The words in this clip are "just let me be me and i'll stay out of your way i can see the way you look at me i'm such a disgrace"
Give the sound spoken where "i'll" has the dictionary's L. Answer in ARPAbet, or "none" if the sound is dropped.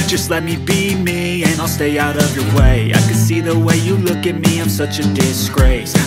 L